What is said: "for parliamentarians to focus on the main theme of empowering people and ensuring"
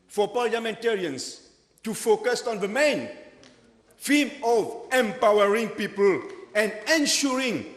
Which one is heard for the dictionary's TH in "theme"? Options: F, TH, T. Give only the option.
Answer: F